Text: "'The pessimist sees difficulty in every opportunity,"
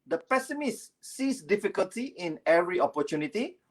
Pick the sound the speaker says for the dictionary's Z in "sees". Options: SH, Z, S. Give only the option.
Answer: S